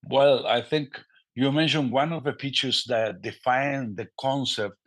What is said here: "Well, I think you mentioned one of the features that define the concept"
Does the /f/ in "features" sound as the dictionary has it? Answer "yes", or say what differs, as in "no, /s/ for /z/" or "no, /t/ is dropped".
no, /p/ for /f/